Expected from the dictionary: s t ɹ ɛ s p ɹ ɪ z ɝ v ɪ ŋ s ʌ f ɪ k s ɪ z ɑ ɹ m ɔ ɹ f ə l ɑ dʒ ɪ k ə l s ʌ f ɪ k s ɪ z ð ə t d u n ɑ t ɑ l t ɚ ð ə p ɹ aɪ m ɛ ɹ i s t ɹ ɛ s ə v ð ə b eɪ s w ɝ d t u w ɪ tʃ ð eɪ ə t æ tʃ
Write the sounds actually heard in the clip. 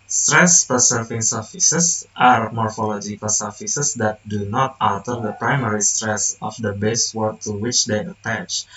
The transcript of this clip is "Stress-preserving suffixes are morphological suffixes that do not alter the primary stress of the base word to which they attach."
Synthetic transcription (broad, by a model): s t ɹ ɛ s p ɪ s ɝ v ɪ ŋ s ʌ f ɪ s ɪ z ɑ ɹ m ɔ ɹ f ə l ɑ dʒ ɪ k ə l s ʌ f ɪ s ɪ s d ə t d u n ɑ t ɑ l t ɚ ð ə p ɹ aɪ m ɛ ɹ i s t ɹ ɛ s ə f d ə b eɪ s w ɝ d t u w ɪ tʃ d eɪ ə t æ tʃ